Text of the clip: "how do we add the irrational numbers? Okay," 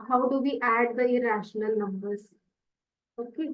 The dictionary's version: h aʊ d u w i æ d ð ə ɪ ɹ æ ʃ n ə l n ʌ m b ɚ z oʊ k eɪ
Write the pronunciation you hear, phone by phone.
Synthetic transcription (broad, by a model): h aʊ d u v i æ d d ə ɪ ɹ æ ʃ n ə l n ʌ m b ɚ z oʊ k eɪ